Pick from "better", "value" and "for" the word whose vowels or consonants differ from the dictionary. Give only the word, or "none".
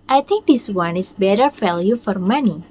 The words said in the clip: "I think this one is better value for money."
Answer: value